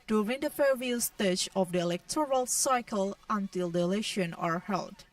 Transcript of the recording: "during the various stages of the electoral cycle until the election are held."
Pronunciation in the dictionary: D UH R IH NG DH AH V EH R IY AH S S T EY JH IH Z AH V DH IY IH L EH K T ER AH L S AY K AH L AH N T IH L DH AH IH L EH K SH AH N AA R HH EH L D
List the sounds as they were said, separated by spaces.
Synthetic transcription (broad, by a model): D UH R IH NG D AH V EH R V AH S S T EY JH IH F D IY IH L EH K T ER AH L S AY K AH L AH N T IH L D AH L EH SH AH N AA R HH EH L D